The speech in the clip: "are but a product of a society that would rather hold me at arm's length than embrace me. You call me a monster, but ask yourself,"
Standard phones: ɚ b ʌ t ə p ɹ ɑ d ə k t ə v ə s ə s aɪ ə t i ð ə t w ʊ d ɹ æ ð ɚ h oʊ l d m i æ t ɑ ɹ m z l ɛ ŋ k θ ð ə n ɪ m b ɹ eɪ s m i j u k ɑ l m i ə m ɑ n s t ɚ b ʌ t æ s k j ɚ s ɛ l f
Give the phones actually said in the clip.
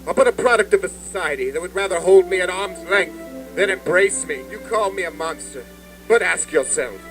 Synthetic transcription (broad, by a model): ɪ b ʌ t ə p ɹ ɑ d ə k t ə v ə s ə s aɪ ə t i ð ə t w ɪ d ɹ æ ð ɚ h oʊ l d m i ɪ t ɑ ɹ m z l ɛ ŋ k θ ð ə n ɪ m b ɹ eɪ s m i j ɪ k ɑ l m i ə m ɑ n s t ɚ b ʌ t æ s k j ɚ s ɛ l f